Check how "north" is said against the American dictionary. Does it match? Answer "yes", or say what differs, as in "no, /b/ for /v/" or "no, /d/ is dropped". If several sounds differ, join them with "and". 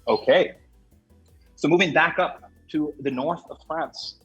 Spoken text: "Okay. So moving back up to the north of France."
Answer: yes